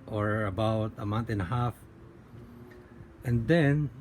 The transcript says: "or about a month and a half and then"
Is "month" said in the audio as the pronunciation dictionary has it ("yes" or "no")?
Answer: no